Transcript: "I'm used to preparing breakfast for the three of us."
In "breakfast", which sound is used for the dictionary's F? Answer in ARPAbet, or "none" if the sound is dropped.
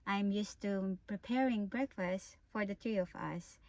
F